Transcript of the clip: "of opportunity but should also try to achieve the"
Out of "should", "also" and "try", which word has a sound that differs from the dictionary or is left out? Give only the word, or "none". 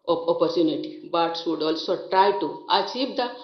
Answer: should